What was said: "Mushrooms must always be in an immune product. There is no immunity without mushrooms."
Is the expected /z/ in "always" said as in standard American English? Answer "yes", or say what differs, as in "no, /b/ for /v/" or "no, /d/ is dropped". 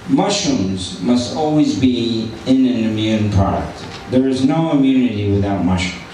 yes